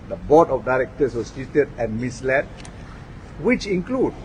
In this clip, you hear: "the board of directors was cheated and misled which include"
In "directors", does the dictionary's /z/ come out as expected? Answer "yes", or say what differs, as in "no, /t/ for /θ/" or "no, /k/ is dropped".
no, /s/ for /z/